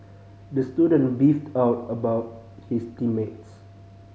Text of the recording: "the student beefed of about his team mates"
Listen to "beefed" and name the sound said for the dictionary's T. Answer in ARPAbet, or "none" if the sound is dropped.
T